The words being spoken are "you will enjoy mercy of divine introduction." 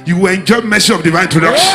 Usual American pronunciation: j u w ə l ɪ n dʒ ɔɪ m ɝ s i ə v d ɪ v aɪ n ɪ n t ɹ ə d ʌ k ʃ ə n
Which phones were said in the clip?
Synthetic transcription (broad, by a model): j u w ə n dʒ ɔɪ m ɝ s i ə v d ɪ v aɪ ɪ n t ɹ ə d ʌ k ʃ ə